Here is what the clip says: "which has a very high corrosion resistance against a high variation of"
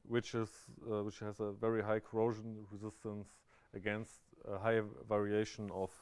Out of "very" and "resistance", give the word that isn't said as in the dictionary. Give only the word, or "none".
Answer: none